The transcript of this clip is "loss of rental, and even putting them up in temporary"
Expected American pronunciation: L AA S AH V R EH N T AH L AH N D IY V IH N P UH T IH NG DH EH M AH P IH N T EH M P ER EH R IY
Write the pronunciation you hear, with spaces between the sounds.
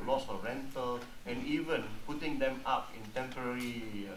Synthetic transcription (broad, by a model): L AA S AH R EH N T AH L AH N IY V IH N P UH T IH NG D EH M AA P IH N T EH M P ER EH R IY